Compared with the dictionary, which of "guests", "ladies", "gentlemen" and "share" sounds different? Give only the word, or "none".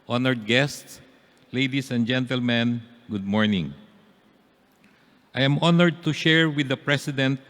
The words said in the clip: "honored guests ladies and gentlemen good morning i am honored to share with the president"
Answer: ladies